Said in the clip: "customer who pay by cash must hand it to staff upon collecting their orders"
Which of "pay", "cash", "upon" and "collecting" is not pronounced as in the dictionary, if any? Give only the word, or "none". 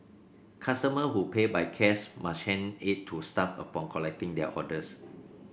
cash